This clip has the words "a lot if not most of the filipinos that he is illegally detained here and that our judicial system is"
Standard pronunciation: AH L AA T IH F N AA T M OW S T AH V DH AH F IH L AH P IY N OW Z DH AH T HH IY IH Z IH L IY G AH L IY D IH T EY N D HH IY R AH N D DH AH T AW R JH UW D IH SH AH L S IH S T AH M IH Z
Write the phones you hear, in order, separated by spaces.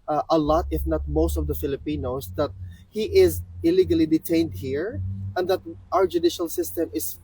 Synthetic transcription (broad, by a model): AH L AA T IH F N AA T M OW S T AH V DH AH F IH L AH P IY N OW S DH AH T HH IY IH Z IH L IY G AH L IY D IH T EY N D HH IY R AH N D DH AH T AW R JH UW D IH SH AH L S IH S T AH M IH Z